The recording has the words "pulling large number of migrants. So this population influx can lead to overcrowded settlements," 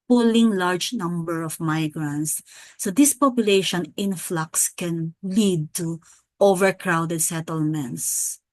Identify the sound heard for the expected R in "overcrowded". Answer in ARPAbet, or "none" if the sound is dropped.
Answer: R